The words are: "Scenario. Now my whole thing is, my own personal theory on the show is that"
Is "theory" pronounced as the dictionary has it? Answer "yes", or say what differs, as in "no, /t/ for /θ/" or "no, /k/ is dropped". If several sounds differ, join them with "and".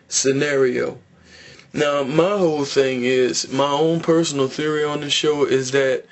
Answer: yes